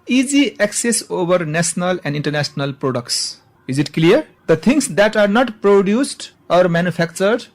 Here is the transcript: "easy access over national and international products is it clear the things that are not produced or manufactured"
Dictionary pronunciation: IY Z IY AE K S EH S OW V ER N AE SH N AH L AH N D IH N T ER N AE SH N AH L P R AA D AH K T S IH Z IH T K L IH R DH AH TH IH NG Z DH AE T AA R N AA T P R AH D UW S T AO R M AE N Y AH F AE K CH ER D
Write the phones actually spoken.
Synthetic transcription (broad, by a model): IY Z IY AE K S EH S OW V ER N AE S N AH L AH N D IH N T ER N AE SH N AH L P R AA D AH K T S IH Z IH T K L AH R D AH T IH NG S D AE T AA R N AA T P R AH D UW S T AO R M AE N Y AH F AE K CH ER D